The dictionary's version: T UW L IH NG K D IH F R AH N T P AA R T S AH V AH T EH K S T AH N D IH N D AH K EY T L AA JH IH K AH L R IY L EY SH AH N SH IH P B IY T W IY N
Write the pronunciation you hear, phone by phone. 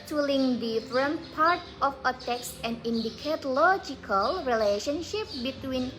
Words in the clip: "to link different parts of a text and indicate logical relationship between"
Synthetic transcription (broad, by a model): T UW L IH NG D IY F R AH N P AA R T AH F AH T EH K S AH N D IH N D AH K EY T L AA JH IH K AH L R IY L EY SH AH N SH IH P B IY T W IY N